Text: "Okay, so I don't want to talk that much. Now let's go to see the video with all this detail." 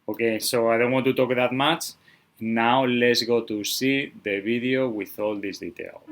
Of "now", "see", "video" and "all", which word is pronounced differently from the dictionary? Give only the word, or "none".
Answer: video